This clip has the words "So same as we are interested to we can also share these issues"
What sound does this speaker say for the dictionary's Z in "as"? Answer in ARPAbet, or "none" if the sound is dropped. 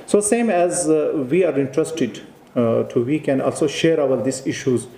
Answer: Z